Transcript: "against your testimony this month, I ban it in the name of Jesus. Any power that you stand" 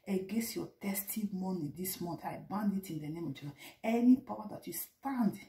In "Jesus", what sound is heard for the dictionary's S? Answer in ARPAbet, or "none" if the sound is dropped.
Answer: none